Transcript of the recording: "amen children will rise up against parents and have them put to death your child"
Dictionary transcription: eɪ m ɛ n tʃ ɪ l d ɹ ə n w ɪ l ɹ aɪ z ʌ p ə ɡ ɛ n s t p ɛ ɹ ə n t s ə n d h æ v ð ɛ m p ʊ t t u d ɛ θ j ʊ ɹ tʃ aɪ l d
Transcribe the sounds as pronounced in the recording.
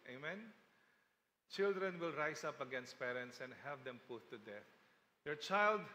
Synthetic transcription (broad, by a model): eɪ m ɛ n tʃ ɪ l d ɹ ə n w ɪ l ɹ aɪ s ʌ p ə ɡ ɛ n s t p ɛ ɹ ə n t s ə n d h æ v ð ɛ m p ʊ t t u d ɛ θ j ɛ ɹ tʃ aɪ l d